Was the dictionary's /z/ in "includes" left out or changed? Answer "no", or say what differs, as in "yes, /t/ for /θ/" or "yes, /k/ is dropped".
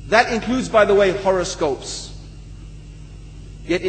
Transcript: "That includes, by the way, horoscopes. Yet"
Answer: no